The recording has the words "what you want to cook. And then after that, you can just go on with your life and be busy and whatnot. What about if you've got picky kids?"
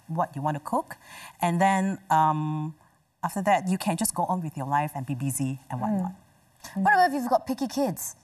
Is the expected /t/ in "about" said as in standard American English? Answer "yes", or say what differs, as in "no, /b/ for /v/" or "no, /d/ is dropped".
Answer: no, /t/ is dropped